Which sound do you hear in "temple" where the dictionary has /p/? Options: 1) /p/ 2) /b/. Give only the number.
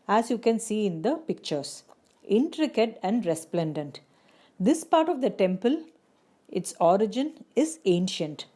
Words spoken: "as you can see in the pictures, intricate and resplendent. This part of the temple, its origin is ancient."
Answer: 1